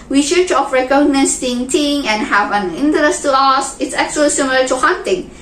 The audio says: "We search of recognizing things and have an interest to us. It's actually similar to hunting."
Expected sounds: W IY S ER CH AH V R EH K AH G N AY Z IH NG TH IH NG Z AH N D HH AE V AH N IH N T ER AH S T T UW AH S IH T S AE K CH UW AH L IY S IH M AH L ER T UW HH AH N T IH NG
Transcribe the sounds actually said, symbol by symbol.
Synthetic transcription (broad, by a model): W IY SH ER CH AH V R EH K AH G N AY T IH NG T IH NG AH N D HH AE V AH N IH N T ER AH S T T UW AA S IH T S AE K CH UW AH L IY S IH M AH L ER T UW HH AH N T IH NG